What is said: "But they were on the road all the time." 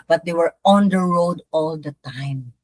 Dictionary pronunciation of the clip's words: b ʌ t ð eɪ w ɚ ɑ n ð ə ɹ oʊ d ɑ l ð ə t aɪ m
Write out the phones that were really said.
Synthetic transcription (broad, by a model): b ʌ t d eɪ w ɚ ɑ n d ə ɹ oʊ d ɑ l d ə t aɪ m